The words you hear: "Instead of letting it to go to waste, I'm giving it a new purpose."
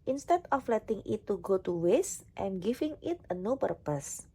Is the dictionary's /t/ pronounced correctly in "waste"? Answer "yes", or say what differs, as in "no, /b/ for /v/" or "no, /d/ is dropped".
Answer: yes